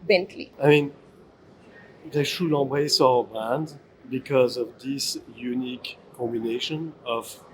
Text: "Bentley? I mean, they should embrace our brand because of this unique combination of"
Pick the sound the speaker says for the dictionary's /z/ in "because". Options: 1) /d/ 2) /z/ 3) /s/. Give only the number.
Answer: 2